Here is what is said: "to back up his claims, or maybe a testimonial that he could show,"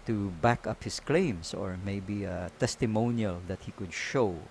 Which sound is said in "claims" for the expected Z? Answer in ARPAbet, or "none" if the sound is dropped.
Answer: S